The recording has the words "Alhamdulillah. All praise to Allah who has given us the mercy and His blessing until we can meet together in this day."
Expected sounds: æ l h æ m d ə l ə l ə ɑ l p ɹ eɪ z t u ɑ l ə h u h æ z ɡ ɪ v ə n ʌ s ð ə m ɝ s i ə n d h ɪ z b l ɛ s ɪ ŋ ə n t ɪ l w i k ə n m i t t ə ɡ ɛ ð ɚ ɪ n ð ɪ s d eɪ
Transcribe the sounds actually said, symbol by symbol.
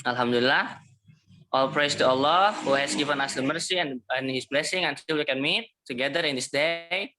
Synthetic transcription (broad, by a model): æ l h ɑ m d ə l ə l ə ɑ l p ɹ eɪ s t u ɑ l ə h u h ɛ s ɡ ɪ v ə n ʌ s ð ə m ɝ s i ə n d h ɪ s b l ɛ s ɪ ŋ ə n s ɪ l w i k ə n m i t t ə ɡ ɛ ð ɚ ɪ n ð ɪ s d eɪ